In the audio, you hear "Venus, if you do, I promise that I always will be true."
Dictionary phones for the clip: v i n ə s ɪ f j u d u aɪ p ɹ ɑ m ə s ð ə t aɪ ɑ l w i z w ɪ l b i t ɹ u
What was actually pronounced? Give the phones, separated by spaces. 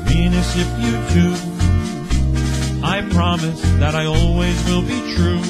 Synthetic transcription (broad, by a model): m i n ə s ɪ p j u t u aɪ p ɹ ɑ m ə s ð ə t aɪ ɑ l w i z w ɪ l b i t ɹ u